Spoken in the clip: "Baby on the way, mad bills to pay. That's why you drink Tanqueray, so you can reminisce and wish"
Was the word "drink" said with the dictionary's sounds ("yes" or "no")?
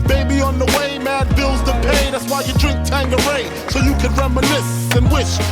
yes